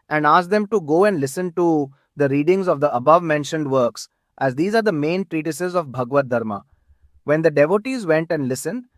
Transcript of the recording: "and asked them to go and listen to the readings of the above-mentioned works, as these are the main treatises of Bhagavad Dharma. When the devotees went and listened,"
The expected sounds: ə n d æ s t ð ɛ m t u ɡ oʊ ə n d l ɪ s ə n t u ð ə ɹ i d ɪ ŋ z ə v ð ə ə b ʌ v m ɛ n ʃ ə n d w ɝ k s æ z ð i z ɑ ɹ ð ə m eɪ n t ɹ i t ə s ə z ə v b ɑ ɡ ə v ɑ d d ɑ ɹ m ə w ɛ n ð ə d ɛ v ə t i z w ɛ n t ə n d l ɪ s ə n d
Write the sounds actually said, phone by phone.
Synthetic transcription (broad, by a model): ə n d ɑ s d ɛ m t u ɡ oʊ ə n d l ɪ s ə n t u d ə ɹ i d ɪ ŋ z ə v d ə ə b ʌ v m ɛ n ʃ ə n d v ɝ k s æ z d i z ɑ ɹ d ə m eɪ n t ɹ i t ə s ə z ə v b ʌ ɡ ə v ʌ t d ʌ ɹ m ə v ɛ n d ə d ɛ v ə t i z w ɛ n t ə n d l ɪ s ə n d